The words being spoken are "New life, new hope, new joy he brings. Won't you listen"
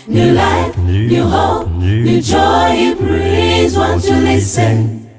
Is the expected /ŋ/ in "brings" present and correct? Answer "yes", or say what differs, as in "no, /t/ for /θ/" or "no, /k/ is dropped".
no, /ŋ/ is dropped